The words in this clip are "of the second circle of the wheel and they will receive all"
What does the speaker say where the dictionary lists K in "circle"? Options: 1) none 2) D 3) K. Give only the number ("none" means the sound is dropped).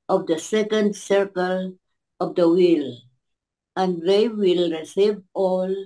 3